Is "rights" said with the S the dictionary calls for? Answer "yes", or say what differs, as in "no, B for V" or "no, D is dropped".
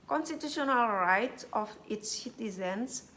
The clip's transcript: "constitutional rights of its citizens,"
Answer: no, S is dropped